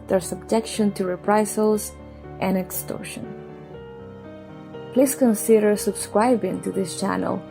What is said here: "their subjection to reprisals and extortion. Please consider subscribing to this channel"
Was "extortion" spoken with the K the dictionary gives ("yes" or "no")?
yes